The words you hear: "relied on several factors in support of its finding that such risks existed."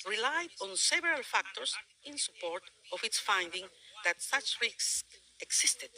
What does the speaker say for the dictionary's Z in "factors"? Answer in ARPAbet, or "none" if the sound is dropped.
S